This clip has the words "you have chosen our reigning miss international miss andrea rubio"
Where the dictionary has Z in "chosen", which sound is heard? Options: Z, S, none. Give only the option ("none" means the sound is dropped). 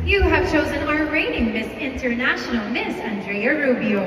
Z